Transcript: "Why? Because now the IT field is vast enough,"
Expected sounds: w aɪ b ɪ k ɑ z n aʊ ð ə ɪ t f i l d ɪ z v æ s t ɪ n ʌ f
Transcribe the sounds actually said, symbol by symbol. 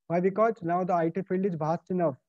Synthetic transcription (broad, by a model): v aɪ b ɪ k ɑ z n aʊ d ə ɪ t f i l d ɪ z b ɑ s t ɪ n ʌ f